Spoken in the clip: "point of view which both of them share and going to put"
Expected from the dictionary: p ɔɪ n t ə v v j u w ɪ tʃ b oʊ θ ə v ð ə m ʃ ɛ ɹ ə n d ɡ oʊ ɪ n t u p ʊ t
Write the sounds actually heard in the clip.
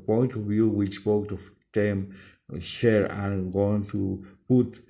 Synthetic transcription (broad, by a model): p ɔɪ n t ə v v j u w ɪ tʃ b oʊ t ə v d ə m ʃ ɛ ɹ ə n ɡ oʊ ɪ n t u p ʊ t